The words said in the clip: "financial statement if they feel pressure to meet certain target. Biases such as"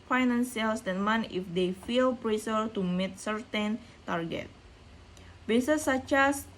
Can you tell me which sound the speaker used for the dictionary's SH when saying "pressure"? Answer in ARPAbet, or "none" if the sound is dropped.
S